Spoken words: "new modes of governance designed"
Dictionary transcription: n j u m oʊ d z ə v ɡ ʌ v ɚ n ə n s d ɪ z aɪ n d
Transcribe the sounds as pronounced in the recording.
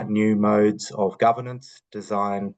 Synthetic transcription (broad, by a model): n j u m oʊ d z ə v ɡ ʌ v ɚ n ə n s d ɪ z aɪ n